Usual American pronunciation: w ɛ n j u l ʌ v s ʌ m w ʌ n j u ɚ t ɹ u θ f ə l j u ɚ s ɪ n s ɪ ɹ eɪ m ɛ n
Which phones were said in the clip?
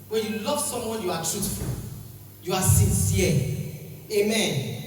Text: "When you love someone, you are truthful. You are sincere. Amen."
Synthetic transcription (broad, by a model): w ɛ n j u l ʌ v s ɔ m w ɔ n j u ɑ t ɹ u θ f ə l j u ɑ s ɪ n s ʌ l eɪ m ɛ n